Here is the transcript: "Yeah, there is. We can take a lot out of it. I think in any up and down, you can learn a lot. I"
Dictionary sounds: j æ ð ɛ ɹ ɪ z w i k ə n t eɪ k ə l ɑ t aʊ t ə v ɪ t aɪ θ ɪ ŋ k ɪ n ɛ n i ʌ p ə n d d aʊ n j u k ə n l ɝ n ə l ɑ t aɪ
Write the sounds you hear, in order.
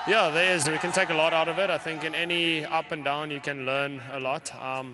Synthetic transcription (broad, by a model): j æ ð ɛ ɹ ɪ z w i k ə n t eɪ k ə l ɑ t aʊ t ə v ɪ t aɪ θ ɪ ŋ k ɪ n ɛ n i ʌ p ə n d d aʊ n j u k ə n l ɝ n ə l ɑ t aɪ